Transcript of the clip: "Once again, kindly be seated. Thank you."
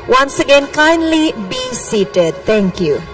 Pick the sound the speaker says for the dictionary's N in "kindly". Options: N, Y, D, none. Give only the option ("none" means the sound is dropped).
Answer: N